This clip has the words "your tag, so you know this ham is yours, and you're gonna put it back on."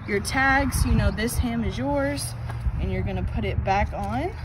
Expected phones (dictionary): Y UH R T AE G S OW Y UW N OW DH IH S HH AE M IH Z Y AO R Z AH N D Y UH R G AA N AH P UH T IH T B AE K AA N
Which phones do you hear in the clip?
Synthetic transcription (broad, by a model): Y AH R T AE G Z Y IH N OW DH IH S HH AE M IH Z Y AO R Z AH N Y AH R G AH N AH P UH T IH T B AE K N